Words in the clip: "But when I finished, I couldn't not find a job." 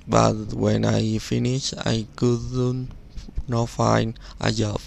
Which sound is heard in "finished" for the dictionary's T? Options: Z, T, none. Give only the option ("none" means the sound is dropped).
none